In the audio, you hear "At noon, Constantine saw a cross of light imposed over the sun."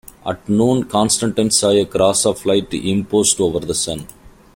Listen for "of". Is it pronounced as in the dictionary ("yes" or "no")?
no